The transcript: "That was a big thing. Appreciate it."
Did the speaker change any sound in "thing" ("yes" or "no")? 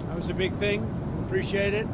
no